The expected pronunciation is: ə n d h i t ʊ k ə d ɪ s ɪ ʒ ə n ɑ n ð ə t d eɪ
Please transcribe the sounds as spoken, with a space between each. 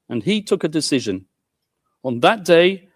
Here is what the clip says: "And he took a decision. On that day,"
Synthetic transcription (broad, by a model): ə n i t ʊ k ə d ɪ s ɪ ʒ ə n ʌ n ð ə t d eɪ